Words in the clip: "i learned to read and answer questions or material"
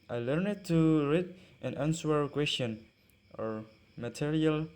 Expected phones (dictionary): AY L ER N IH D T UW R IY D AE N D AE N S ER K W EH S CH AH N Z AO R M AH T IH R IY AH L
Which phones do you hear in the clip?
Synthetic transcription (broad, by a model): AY L ER N IH D T UW R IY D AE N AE N S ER K W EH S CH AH N AO R M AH T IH R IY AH L